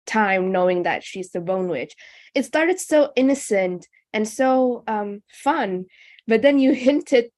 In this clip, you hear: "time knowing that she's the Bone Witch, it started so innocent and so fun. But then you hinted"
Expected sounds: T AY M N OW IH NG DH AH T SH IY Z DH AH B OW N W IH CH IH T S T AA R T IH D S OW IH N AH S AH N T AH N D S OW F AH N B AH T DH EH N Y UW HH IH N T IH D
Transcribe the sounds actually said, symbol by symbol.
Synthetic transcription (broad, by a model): T AY M N OW IH NG DH AH T SH IY Z DH AH B OW N W IH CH IH T S T AA R T IH D S OW IH N AH S AH N T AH N S OW F AH N B AH T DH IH N Y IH HH IH N T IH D